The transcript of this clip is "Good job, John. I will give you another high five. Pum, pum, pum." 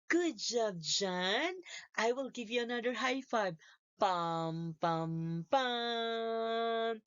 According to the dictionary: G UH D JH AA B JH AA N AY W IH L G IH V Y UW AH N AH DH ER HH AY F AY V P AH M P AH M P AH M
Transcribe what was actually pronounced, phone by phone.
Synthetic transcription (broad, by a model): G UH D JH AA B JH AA N AY W IH L G IH V Y UW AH N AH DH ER HH AY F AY B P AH M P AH M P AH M